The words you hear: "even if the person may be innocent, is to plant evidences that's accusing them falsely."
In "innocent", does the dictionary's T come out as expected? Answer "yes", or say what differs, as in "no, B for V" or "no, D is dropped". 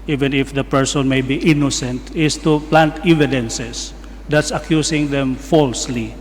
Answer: yes